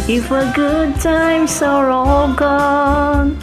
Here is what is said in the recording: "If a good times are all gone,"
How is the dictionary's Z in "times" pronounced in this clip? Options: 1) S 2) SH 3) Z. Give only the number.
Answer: 1